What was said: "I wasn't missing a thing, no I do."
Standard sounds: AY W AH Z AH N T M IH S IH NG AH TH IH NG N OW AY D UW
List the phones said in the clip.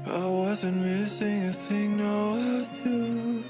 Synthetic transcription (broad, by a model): AY W AH Z AH N T M IH S IH NG AH TH IH NG N OW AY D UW